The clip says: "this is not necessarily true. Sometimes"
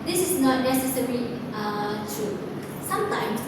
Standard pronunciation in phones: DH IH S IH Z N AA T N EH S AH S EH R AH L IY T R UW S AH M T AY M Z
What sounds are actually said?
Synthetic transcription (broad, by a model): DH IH S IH S N AA T N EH S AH S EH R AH IY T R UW S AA M T AY M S